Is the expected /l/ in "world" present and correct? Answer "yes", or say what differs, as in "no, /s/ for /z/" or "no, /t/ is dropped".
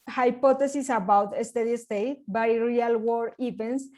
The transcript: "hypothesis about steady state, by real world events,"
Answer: no, /l/ is dropped